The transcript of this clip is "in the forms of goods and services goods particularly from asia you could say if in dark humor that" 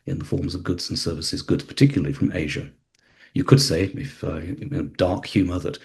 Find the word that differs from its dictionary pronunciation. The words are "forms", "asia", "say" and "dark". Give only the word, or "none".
none